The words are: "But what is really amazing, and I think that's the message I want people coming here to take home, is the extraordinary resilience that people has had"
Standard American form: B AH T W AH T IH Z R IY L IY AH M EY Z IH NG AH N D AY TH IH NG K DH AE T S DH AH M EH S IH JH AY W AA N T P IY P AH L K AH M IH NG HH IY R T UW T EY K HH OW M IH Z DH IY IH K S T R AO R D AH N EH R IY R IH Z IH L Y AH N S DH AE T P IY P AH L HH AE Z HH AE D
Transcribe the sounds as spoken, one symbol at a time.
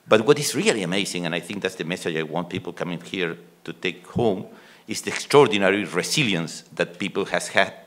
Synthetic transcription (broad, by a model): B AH T W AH T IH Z R IY L IY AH M EY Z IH NG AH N AY TH IH NG K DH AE T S DH AH M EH S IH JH AY W AA N T P IY P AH L K AH M IH NG HH IY R T UW T EY K HH OW M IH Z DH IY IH K S T R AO R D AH N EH R IY R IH S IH L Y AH N S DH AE T P IY P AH L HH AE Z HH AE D